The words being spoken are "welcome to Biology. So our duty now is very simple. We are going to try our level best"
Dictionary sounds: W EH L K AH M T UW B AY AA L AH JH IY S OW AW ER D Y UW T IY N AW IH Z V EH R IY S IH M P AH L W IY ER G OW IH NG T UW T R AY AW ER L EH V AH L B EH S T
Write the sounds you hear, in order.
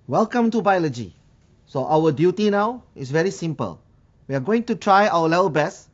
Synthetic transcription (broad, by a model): W EH L K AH M T UW B AY AA L AH JH IY S OW AW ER D Y UW T IY N AW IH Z V EH R IY S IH M P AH L W IY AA G OW IH NG T UW T R AY AW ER L EH V AH L B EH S